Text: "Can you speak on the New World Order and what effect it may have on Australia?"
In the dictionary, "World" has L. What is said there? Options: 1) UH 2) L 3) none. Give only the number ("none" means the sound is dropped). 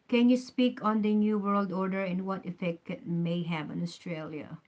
2